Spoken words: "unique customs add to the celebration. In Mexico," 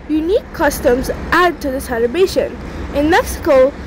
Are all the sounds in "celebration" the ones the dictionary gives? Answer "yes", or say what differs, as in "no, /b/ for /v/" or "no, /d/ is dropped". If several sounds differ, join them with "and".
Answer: no, /ɹ/ is dropped